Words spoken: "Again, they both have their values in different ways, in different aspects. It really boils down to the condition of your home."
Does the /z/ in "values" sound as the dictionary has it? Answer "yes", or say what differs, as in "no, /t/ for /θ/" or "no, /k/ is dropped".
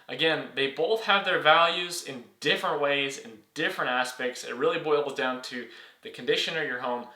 yes